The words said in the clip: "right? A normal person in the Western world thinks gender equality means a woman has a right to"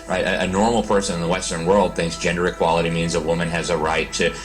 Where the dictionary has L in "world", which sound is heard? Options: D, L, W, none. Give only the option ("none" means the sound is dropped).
L